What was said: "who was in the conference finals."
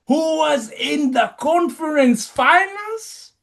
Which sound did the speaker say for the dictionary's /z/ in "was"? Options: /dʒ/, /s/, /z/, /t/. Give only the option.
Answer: /z/